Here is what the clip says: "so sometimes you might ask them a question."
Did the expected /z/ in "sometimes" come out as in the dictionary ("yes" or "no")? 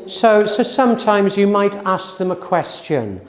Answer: yes